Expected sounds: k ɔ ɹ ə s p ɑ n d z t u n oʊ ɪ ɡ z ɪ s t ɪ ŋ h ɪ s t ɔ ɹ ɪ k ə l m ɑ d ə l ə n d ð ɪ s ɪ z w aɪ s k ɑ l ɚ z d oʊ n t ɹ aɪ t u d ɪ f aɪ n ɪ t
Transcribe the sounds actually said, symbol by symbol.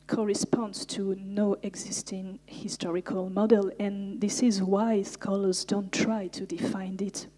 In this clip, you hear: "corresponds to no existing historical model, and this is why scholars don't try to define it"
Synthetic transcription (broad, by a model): k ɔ ɹ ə s p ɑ n d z t u n oʊ ɪ ɡ z ɪ s t ɪ ŋ h ɪ s t ɔ ɹ ɪ k ə l m ɑ d ə l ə n ð ɪ s ɪ z w aɪ s k ɑ l ɚ z d oʊ n t ɹ aɪ t u d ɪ f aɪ n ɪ t